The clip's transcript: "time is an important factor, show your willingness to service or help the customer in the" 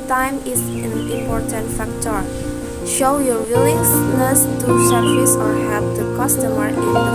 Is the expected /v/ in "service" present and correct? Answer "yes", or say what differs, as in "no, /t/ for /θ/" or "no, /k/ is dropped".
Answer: no, /v/ is dropped